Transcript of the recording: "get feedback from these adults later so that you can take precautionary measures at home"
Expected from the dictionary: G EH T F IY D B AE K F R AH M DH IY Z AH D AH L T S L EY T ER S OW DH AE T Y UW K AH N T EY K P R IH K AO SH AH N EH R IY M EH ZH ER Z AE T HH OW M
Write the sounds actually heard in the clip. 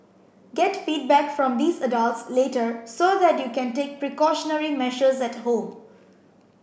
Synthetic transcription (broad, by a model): G EH T F IY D B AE K F R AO M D IY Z AH D AH L T S L EY T ER S OW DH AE T Y UW K AH N T EY K P R IH K AO SH AH N EH R IY M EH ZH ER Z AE T HH OW M